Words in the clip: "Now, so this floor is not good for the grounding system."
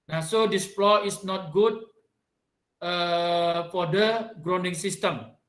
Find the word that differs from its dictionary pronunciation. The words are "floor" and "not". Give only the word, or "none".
floor